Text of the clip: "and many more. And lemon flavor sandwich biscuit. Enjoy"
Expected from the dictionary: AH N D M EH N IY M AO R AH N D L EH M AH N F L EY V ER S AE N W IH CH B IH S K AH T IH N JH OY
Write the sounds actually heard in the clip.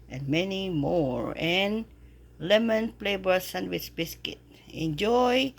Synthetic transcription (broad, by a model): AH N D M EH N IY M AO R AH N L EH M AH N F L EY B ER S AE N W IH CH B IH S K AH T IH N JH OY